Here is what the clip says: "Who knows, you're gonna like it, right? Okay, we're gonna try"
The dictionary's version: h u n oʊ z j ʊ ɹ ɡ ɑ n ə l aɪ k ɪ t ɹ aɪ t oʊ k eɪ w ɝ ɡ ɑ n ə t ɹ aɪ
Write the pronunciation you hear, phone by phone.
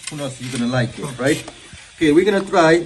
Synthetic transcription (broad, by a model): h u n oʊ s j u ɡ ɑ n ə l aɪ k ɪ t ɹ aɪ t oʊ k eɪ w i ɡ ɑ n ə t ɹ aɪ